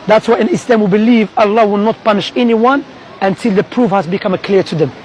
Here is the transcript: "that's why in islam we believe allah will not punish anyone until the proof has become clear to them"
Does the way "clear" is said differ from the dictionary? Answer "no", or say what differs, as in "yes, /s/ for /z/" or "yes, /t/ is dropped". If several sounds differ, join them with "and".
no